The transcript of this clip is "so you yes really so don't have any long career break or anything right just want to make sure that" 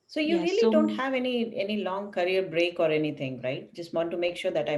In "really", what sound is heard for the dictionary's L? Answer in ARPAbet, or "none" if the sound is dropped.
none